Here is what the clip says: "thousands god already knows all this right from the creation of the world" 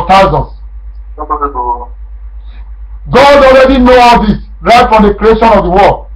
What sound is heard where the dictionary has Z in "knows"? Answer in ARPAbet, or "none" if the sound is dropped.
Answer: none